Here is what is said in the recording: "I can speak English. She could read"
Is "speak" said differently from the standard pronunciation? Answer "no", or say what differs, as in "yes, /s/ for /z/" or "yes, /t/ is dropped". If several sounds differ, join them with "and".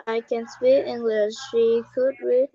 yes, /k/ is dropped